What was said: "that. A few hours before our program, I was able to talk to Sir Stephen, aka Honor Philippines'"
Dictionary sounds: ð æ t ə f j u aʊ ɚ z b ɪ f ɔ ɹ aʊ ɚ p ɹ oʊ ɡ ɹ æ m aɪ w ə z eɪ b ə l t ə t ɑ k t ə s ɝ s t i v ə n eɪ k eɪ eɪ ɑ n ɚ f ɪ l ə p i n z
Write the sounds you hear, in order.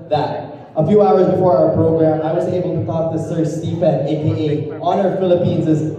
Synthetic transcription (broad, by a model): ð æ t ə f j u aʊ ɚ z b ɪ f ɔ ɹ aʊ ɚ p ɹ oʊ ɡ ɹ æ m aɪ w ə z eɪ b ə l t ə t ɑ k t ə s ɝ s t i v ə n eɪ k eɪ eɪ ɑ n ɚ f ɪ l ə p i n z